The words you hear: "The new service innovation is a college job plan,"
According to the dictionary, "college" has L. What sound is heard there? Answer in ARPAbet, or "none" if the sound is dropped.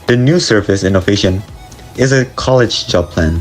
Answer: L